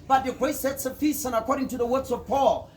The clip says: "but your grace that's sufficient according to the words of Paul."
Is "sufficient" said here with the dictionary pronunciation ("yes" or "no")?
no